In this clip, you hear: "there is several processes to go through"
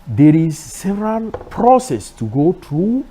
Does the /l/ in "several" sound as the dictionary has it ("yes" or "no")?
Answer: no